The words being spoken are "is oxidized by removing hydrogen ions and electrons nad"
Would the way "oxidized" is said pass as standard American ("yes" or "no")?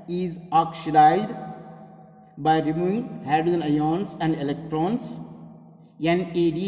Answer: no